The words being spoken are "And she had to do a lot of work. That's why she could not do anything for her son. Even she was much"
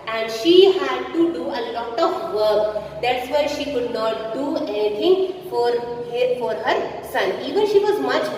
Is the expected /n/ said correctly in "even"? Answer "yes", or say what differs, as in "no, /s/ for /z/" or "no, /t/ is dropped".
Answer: yes